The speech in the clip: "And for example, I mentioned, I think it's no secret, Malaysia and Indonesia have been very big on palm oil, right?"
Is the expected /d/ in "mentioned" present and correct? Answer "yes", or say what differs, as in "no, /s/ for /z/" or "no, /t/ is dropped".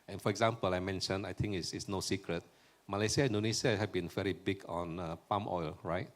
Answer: no, /d/ is dropped